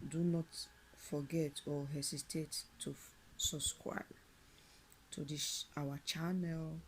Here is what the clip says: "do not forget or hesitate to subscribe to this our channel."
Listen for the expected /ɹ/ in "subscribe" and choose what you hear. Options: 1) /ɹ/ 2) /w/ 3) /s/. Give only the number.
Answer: 2